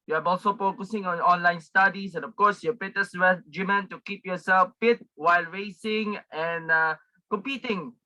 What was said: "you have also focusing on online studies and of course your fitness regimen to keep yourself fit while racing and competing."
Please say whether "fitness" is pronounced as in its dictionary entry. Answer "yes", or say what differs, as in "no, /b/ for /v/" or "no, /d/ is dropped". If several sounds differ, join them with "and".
no, /n/ is dropped